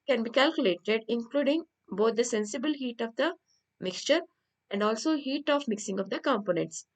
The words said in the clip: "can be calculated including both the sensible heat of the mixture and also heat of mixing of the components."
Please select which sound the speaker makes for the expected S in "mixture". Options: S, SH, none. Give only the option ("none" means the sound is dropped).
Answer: S